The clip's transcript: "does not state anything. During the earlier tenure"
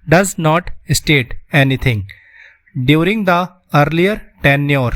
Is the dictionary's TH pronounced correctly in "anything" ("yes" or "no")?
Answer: no